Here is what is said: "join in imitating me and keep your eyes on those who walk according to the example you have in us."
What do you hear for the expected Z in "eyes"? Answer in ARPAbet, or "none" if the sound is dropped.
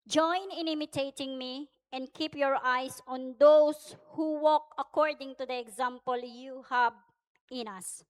S